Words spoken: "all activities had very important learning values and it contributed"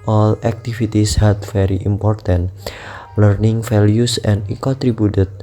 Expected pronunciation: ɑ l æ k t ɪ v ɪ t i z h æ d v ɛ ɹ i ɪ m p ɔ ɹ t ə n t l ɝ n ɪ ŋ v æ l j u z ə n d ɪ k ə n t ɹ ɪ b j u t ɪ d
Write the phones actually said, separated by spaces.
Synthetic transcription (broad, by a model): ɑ l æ k t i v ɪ t i s h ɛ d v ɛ ɹ i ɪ m p ɔ ɹ t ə n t l ɝ n ɪ ŋ f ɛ l j u s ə n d ɪ k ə n t ɹ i b j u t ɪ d